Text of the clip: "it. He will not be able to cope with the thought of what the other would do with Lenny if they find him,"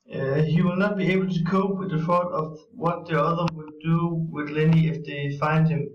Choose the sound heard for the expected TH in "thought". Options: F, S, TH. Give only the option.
F